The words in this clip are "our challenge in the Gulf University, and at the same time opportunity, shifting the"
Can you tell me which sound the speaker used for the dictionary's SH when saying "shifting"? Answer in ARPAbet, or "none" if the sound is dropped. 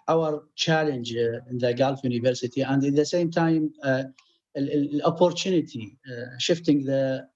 SH